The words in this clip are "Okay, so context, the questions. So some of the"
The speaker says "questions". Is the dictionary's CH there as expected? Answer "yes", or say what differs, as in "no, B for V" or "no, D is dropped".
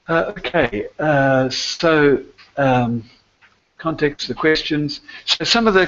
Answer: yes